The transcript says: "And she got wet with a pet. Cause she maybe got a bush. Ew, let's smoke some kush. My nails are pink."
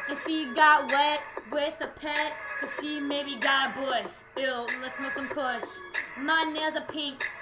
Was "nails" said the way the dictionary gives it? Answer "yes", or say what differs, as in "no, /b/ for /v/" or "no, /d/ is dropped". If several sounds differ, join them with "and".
no, /l/ is dropped